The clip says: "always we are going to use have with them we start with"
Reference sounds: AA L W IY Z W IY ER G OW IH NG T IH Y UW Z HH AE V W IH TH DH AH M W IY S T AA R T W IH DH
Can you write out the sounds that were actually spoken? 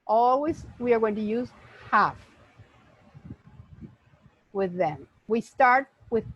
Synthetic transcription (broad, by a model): AA L W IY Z W IY ER G OW IH NG T IH Y UW Z HH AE F W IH DH AH M W IY S T AA R T W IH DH